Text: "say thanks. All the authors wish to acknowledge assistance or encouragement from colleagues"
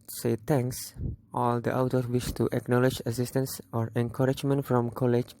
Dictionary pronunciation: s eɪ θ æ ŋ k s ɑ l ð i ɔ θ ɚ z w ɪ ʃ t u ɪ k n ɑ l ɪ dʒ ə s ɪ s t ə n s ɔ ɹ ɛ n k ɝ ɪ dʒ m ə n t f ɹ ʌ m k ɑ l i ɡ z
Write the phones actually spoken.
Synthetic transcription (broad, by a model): s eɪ t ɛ ŋ k s ɑ l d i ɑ t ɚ w ɪ ʃ t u ɪ k n ɑ l ɪ dʒ ə s ɪ s t ə n s ɔ ɹ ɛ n k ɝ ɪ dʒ m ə n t f ɹ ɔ m k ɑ l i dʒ